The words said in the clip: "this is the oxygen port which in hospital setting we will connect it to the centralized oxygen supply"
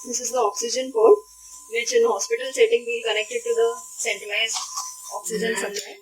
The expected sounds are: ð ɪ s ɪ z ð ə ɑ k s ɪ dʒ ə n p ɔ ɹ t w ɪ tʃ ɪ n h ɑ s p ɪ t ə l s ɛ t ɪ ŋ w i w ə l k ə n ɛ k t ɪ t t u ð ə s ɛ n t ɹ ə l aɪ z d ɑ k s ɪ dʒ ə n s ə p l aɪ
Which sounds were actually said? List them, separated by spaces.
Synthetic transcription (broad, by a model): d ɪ s ɪ z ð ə ɑ k s ɪ dʒ ə n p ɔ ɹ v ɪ tʃ ɪ n h ɑ s p ɪ t ə l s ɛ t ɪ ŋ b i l k ə n ɛ k t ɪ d t u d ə s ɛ n t ə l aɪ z ɑ k s ɪ dʒ ə n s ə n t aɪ